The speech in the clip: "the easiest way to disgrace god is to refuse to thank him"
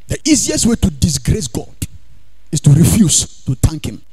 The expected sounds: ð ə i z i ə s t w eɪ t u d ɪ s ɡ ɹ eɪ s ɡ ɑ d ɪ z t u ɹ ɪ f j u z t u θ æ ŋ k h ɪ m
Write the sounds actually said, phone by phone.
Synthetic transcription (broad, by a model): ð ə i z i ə s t w eɪ t u d ɪ s ɡ ɹ eɪ s ɡ ɑ d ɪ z t u ɹ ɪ f j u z t u t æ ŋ k h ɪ m